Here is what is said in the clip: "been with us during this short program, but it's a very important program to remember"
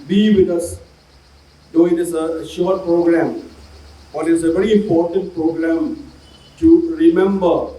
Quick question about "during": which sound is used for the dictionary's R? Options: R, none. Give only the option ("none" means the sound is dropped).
none